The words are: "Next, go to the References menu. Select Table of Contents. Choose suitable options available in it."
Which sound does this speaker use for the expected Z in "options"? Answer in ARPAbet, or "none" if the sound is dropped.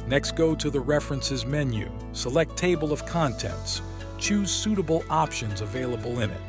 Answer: Z